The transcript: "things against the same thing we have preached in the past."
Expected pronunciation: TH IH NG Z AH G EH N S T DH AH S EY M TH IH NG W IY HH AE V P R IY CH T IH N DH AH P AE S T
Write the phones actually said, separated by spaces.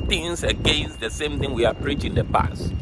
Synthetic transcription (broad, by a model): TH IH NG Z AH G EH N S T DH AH S EY M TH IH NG W IY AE P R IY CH IH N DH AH P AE S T